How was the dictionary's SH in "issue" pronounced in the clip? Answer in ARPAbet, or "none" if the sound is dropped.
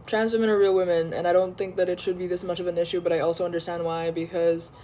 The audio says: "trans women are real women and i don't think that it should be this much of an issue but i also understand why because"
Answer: SH